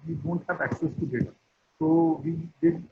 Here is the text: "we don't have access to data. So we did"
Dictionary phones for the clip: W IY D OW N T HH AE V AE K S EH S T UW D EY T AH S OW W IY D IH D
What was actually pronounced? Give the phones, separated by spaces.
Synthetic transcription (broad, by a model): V IY D OW N T HH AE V AE K S EH S T UW D EY T AH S OW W IY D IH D